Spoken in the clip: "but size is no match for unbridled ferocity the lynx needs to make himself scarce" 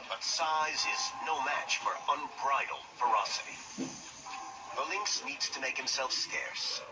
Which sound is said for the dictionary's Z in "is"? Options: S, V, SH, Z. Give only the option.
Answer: Z